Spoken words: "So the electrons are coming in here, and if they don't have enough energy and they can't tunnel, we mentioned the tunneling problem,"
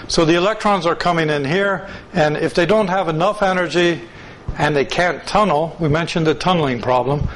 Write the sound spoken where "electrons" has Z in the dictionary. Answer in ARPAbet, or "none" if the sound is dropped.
Z